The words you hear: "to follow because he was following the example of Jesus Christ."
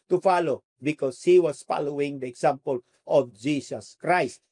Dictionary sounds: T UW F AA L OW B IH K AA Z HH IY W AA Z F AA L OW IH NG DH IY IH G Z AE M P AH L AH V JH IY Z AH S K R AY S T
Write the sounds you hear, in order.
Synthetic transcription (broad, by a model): T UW F AA L OW B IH K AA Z HH IY W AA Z F AA L OW IH NG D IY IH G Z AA M P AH L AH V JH IY S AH S K R AY S T